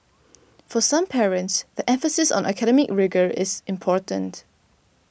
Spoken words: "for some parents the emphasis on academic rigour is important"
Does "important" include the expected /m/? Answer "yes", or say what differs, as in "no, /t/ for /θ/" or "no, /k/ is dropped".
yes